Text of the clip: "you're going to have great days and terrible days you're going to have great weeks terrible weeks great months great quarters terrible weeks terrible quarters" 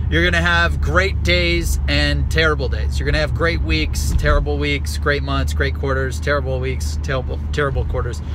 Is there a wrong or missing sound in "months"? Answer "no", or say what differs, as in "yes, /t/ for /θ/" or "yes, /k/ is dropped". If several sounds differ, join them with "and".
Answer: no